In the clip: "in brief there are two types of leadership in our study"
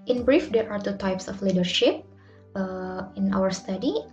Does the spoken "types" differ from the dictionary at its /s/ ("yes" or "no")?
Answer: no